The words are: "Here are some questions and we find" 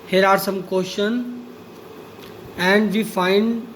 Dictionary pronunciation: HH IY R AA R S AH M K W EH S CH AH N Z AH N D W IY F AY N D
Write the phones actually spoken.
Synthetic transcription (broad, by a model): HH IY R AA R S AH M K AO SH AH N AH N D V IY F AY N D